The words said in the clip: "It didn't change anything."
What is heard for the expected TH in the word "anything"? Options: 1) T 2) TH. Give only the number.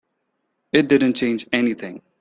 2